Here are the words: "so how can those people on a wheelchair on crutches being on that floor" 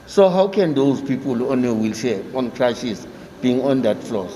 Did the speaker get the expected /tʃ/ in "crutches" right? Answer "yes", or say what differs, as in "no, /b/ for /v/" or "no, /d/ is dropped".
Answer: no, /ʃ/ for /tʃ/